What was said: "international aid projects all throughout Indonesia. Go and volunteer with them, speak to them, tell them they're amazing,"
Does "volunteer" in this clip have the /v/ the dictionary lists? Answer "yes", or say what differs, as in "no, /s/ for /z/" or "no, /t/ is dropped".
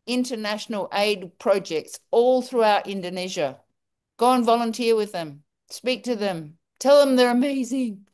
yes